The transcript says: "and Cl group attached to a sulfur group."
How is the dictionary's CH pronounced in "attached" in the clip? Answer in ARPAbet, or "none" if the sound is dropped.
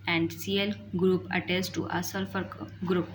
S